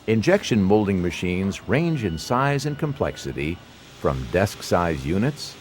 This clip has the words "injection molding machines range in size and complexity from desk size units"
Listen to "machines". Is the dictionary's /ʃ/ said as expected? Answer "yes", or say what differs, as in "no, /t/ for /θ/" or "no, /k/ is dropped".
yes